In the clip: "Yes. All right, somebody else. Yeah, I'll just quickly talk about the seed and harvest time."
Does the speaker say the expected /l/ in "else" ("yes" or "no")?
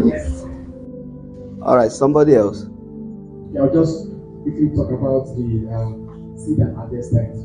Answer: yes